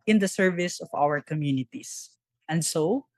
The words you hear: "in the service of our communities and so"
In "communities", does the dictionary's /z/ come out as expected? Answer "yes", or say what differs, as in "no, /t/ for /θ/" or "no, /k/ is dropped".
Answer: no, /s/ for /z/